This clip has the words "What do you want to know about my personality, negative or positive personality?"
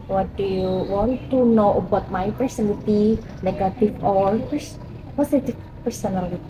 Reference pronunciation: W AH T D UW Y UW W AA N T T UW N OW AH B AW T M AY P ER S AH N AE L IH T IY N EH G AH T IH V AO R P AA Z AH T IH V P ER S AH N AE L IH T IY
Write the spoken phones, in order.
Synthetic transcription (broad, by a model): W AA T D UW Y UW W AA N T T UW N OW AH B AW T M AY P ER S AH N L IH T IY N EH G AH T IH F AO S P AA S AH T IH F P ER S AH N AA L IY